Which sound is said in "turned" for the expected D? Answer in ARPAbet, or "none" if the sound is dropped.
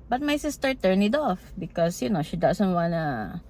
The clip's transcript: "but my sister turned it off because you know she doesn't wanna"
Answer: none